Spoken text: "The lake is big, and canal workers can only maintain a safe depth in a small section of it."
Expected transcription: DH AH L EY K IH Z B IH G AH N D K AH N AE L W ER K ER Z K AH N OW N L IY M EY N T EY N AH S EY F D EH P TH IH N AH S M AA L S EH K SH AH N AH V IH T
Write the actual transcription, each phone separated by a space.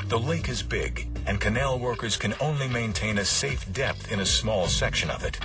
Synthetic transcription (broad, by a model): DH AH L EY K IH Z B IH G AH N K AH N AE L W ER K ER Z K AH N OW N L IY M EY N T EY N AH S EY F D EH P TH IH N AH S M AA L S EH K SH AH N AH V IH T